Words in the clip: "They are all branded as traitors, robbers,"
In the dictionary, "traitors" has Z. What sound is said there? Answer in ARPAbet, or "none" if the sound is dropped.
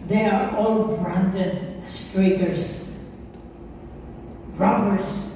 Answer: S